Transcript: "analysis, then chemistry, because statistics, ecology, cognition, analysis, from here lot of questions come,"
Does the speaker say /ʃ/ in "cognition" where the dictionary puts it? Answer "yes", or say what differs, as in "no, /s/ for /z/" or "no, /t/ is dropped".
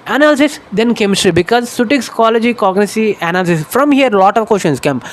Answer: no, /s/ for /ʃ/